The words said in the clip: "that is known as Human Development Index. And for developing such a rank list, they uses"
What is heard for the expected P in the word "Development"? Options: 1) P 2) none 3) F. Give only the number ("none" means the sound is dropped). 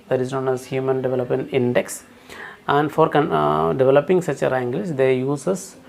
1